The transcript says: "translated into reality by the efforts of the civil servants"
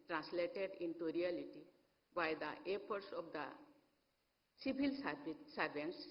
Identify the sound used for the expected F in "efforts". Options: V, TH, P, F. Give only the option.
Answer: P